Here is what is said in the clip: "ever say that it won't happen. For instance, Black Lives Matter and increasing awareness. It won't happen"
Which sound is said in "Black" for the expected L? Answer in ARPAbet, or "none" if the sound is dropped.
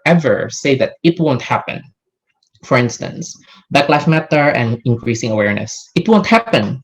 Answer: none